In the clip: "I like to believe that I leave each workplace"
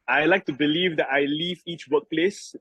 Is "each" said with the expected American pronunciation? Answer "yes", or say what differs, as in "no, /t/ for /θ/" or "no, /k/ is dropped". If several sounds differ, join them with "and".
yes